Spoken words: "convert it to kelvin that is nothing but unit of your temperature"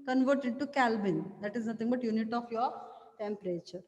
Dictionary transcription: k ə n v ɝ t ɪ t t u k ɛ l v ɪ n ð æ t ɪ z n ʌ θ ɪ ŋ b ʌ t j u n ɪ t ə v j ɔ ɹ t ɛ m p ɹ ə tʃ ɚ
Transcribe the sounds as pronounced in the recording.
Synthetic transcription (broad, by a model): k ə n v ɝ t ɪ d t u k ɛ l b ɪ n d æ t ɪ z n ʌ t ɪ ŋ b ʌ t j u n ɪ t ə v j ɔ ɹ t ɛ m p ɹ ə tʃ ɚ